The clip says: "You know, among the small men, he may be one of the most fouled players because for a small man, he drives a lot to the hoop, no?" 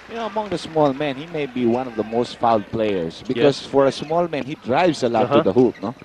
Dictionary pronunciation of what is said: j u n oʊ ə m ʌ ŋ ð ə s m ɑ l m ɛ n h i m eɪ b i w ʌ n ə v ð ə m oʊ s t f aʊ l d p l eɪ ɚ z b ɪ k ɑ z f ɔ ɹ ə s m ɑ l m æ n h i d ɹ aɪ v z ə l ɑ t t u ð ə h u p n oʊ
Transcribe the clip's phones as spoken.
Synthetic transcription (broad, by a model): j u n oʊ ə m ʌ ŋ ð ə s m ɑ l m ɛ n h i m eɪ b i w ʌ n ə v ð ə m oʊ s t f aʊ l d p l eɪ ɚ s b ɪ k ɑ s f ɔ ɹ ə s m ɑ l m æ n h i d ɹ aɪ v s ə l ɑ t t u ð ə h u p n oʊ